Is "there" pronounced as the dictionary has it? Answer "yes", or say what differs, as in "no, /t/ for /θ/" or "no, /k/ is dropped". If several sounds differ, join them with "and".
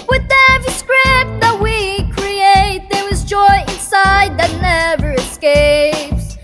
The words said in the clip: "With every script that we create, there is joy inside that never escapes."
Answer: no, /w/ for /ɹ/